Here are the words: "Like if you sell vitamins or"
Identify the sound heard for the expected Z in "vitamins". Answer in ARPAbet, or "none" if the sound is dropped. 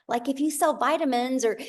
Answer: Z